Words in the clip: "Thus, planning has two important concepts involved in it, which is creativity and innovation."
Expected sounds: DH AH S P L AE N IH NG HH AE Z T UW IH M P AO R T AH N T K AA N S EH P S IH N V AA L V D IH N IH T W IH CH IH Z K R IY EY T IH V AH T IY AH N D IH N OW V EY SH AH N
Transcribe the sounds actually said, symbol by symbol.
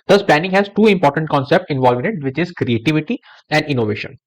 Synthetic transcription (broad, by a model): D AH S P L AE N IH NG HH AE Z T UW IH M P AO R T AH N T K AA N S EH P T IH N V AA L V IH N IH T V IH CH IH Z K R IY EY T IH V AH T IY AH N D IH N OW V EY SH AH N